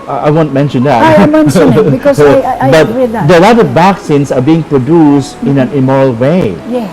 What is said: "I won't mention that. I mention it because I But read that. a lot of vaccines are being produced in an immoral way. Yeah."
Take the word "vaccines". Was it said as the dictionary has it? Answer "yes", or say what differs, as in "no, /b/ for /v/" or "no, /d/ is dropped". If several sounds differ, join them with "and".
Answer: no, /s/ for /z/